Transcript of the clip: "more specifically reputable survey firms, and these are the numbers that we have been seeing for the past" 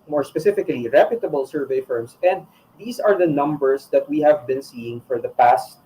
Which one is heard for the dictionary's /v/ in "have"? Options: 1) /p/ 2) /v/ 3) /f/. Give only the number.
2